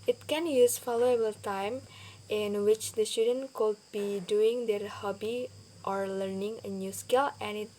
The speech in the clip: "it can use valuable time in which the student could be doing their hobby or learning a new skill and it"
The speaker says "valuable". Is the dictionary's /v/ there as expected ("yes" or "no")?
no